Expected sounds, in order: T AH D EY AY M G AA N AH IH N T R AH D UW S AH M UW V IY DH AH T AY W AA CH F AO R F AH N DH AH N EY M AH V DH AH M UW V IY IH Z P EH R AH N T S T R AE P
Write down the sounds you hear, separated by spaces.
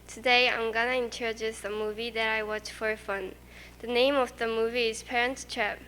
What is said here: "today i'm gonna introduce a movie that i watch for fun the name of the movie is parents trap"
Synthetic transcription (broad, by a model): T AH D EY AY M G AA N AH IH N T R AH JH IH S AH M UW V IY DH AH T AY W AA CH F AO R F AH N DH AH N EY M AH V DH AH M UW V IY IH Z P EH R AH N T S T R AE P